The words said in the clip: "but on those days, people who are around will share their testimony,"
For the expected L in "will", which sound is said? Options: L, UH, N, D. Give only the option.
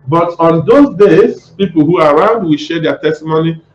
L